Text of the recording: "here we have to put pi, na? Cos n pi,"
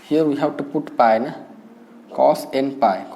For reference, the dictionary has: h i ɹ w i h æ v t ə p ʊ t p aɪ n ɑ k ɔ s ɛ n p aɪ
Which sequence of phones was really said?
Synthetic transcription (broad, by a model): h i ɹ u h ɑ w t ə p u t p aɪ n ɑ k ɔ s ɛ n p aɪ